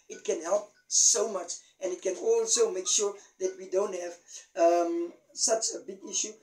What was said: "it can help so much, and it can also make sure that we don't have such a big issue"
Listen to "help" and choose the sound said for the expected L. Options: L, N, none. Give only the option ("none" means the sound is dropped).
L